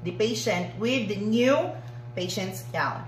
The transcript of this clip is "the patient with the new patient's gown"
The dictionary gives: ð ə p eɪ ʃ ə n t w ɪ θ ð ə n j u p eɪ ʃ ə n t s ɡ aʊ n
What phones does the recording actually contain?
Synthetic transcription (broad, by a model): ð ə p eɪ ʃ ə n t w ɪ ð ə n j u p eɪ ʃ ə n t s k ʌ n